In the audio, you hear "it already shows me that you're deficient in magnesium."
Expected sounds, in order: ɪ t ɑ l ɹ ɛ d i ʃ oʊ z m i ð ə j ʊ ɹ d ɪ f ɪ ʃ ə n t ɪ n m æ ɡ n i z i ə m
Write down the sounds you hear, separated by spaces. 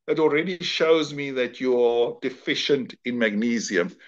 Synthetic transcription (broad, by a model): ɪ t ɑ l ɹ ɛ d i ʃ oʊ z m i ð ə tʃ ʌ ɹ d ɪ f ɪ ʃ ə n t ɪ n m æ ɡ n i z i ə m